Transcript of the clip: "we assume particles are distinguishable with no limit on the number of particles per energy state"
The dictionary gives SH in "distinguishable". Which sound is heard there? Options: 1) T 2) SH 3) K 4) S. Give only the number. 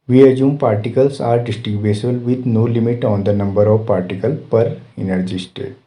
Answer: 4